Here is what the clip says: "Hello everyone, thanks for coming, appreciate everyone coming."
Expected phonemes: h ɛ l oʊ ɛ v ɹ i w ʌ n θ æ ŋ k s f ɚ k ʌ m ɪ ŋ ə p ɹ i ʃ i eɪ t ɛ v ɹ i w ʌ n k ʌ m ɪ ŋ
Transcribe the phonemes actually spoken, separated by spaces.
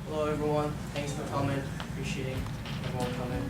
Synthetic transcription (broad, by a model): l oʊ ɛ v ɹ i w ʌ n θ æ ŋ k s f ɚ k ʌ m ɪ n ə p ɹ i ʃ i eɪ t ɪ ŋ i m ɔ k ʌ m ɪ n